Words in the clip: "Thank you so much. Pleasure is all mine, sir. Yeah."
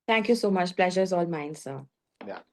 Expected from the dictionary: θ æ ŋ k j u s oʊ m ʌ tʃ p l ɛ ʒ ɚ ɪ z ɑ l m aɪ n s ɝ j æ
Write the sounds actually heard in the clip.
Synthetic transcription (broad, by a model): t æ ŋ k j u s oʊ m ʌ tʃ p l ɛ ʒ ɚ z ɑ l m aɪ n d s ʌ